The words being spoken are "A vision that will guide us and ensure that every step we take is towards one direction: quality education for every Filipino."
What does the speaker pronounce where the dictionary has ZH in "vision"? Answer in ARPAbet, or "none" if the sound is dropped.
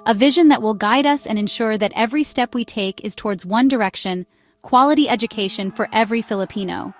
ZH